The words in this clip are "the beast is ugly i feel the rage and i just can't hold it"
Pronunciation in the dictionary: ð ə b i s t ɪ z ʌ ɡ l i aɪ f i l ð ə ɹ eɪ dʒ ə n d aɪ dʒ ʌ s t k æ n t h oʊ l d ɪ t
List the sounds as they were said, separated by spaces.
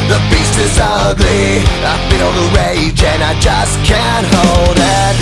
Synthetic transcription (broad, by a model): ð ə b i s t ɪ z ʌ ɡ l i aɪ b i n ð ə ɹ eɪ dʒ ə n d aɪ dʒ ʌ s k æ n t h oʊ l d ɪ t